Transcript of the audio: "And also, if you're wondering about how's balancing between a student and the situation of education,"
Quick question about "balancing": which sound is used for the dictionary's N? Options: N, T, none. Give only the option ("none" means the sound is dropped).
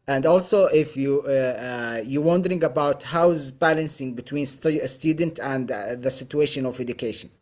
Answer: N